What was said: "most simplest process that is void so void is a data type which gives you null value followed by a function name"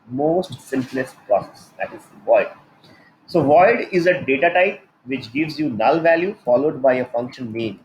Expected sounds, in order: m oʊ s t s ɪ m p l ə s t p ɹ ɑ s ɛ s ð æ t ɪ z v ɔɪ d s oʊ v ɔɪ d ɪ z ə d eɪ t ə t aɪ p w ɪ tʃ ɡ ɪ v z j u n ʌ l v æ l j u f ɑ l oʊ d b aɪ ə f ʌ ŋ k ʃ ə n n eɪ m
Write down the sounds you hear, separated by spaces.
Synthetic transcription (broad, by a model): m oʊ s t s ɪ m p l ə s t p ɹ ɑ s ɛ s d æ t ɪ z v ɔɪ d s oʊ v ɔɪ d ɪ z ə d eɪ t ə t aɪ p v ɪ tʃ ɡ ɪ v z j u n ʌ l v æ l j u f ɑ l oʊ d b aɪ ə f ʌ ŋ k ʃ ə n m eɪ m